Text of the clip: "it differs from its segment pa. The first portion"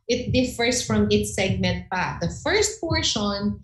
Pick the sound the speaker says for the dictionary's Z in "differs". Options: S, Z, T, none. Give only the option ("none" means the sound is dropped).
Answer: S